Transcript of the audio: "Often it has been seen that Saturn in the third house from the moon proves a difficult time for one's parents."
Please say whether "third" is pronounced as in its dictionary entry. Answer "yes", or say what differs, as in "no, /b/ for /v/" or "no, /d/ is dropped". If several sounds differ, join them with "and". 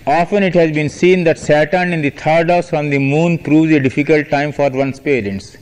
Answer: no, /t/ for /θ/